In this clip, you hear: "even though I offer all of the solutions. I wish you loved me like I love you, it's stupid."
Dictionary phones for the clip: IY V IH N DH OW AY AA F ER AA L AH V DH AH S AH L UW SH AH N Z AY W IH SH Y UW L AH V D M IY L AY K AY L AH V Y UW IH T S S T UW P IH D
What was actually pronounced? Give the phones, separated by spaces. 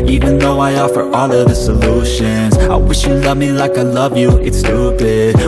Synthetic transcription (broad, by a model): IY V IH N DH OW AY AA F ER AA L AH V DH AH S AH L UW SH AH N Z AY W IH SH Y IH L AH V M IY L AY K AY L AH V Y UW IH T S S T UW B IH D